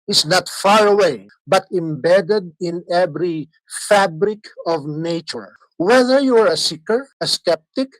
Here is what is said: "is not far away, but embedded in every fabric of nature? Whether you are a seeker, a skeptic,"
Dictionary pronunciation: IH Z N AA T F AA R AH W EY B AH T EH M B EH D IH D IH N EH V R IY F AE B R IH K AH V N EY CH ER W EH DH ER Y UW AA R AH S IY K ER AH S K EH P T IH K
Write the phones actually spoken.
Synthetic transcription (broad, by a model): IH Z N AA T F AA R AH W EY B AH T EH M B EH D IH D IH N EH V R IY F AE B R IH K AH V N EY CH ER W EH DH ER Y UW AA R AH S IY K ER AH S K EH P T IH K